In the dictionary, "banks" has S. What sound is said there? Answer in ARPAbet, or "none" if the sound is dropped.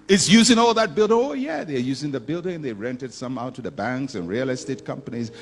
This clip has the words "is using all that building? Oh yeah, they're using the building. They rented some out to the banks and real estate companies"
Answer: S